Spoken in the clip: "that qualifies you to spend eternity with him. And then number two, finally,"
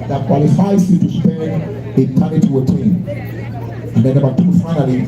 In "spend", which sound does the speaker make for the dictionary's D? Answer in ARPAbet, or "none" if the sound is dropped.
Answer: none